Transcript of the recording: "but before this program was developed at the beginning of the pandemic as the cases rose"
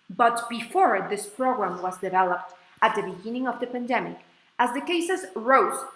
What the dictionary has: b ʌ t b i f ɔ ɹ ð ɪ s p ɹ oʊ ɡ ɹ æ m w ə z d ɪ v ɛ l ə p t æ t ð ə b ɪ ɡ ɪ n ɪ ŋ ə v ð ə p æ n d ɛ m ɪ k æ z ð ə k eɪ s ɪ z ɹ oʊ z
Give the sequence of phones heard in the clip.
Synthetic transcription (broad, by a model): b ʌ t b i f ɔ ɹ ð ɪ s p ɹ oʊ ɡ ɹ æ m w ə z d ɪ v ɛ l ə p t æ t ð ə b ɪ ɡ ɪ n ɪ ŋ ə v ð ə p æ n d ɛ m ɪ k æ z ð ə k eɪ s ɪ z ɹ oʊ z